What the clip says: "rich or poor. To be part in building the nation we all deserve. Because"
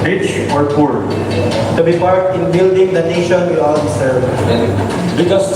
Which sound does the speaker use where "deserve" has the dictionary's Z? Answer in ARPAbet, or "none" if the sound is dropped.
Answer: S